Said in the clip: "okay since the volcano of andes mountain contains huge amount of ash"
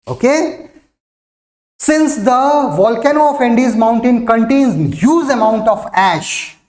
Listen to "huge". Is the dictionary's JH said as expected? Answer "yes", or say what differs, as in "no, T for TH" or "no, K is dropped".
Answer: no, Z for JH